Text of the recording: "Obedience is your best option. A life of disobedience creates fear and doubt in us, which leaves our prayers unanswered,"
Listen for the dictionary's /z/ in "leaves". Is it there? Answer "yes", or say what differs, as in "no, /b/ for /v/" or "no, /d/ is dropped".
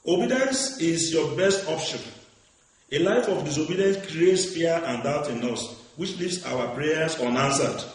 no, /s/ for /z/